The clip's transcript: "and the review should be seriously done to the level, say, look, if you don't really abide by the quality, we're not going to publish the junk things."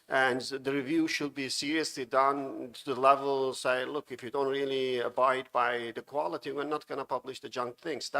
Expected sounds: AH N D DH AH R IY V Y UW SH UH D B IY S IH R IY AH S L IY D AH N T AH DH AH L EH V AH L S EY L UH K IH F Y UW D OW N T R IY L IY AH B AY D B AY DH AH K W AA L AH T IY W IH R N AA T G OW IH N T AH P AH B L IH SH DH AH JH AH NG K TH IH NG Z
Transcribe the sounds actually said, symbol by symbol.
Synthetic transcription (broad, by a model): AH N DH AH R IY V Y UW SH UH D B IY S IH R IY AH S L IY D AH N T AH DH AH L EH V AH L S EY L UH K IH F Y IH D OW N T R IY L IY AH B AY D B AY DH AH K W AA L AH T IY W IH R N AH T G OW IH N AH P AH B L IH SH DH AH JH AH NG K TH IH NG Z